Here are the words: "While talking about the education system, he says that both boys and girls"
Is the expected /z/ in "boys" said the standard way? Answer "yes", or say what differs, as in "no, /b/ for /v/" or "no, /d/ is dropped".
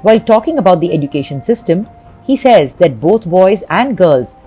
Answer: yes